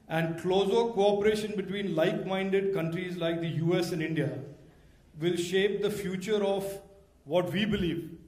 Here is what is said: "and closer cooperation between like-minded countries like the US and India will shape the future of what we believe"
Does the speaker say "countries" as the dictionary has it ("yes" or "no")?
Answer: yes